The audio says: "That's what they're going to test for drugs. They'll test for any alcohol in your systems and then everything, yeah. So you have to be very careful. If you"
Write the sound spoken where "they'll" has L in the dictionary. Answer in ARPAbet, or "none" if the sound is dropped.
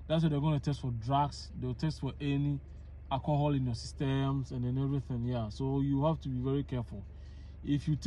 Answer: W